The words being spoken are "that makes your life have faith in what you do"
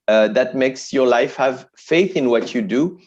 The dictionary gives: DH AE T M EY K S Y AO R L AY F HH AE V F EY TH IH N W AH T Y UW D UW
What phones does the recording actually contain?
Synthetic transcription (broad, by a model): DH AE T M EY K S Y AO R L AY F HH AE V F EY TH IH N W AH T Y UW D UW